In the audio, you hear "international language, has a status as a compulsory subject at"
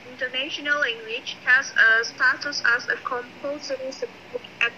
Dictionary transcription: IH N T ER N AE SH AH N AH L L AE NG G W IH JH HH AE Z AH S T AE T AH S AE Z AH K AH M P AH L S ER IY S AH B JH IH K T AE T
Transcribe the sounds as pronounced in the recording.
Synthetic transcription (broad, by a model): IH N T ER N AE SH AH N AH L L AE NG G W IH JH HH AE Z AH S T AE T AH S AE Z AH K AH M P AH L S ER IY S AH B IH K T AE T